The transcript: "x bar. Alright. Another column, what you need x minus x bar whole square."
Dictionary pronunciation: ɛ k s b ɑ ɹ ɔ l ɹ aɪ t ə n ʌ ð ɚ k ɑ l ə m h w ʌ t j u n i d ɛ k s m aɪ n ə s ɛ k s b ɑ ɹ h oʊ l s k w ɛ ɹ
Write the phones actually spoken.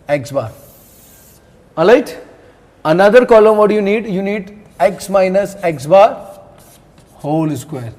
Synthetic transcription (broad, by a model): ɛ k s b ɑ ɹ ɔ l aɪ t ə n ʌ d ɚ k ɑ l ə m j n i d j u n i d ɛ k s m aɪ n ə s ɛ k s b ɑ ɹ h oʊ l s k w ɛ ɹ